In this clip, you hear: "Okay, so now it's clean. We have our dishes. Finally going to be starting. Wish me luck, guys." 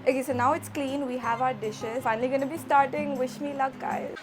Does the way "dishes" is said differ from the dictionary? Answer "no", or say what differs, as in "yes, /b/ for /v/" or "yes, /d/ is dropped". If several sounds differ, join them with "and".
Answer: no